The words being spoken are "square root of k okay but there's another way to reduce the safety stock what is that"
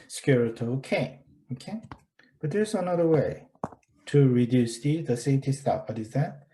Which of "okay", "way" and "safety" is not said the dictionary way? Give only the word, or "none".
safety